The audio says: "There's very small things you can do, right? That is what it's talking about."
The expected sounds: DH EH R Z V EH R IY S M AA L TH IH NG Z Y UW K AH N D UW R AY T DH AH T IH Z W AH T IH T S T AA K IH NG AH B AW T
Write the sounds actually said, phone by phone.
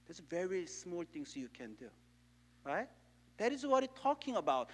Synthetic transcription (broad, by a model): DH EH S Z V EH R IY S M AA L T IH NG S Y UW K AH N D UW R AY T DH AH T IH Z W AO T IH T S T AA K IH NG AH B AW T